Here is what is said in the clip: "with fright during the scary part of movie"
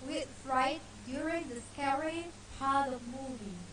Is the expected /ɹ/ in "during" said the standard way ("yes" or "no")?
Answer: yes